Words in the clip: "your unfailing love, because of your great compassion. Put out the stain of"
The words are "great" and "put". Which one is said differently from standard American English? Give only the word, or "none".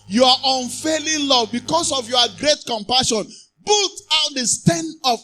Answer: put